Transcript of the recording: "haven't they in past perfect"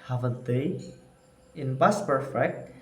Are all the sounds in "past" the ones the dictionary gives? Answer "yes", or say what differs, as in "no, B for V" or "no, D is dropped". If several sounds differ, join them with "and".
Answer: no, B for P